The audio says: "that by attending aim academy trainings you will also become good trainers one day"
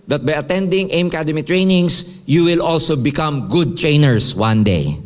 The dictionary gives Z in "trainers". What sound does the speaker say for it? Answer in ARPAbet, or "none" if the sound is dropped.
S